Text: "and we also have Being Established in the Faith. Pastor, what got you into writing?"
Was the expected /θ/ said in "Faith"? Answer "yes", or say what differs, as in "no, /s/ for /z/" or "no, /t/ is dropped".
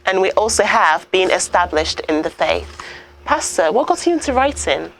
yes